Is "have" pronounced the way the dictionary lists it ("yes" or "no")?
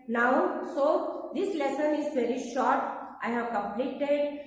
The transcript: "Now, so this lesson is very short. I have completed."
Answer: yes